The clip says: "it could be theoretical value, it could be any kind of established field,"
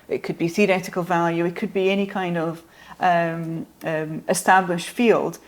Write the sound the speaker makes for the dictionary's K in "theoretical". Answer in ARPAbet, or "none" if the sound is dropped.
K